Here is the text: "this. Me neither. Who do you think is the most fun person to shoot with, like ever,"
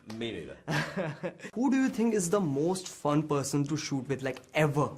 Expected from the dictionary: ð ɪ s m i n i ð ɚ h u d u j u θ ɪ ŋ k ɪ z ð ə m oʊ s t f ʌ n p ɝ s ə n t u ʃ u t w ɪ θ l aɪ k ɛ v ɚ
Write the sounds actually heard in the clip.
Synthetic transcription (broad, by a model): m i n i h u d u j u t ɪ ŋ k ɪ z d ə m oʊ s t f ʌ n p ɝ s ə n t u ʃ u t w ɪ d l aɪ k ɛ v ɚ